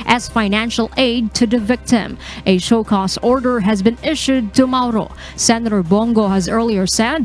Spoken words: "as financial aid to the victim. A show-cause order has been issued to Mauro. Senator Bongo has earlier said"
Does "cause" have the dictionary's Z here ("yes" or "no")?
no